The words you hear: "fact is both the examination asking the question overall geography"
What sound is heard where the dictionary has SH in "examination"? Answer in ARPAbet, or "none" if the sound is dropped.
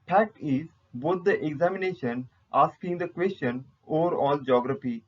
SH